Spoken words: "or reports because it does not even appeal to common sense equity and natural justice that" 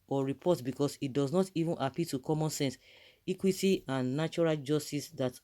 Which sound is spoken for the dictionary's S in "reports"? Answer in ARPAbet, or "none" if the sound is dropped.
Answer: none